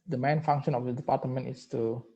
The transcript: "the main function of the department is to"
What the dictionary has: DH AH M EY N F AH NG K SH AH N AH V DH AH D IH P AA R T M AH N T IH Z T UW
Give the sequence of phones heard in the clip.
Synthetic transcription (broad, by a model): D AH M EY N F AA NG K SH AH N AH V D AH D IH P AA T M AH N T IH S T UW